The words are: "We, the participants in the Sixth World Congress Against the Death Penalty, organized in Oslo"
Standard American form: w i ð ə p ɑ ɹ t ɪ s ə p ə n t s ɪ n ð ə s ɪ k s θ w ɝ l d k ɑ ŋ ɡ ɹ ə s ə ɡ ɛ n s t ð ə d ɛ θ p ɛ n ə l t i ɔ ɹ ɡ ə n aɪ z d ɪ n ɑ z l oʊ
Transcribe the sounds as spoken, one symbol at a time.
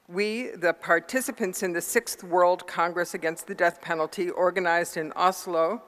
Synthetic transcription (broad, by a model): w i ð ə p ɑ ɹ t ɪ s ə p ə n t s ɪ n ð ə s ɪ k s θ w ɝ l d k ɑ ŋ ɡ ɹ ə s ə ɡ ɛ n s t ð ə d ɛ θ p ɛ n l t i ɔ ɹ ɡ ə n aɪ z d ɪ n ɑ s l oʊ